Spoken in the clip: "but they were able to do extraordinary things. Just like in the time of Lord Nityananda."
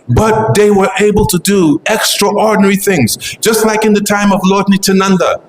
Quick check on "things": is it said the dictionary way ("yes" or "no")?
yes